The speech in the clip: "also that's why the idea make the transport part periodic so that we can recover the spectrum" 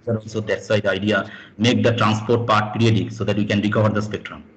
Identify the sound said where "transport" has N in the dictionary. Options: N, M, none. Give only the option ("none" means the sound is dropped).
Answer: N